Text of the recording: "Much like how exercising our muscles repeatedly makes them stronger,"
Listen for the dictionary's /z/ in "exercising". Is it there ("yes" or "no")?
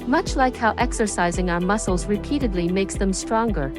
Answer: yes